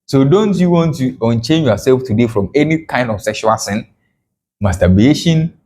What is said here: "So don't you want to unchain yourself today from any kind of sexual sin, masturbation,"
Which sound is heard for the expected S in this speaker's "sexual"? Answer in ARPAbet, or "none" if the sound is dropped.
S